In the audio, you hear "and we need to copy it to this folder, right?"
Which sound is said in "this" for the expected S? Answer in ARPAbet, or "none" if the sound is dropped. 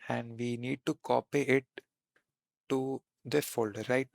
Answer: none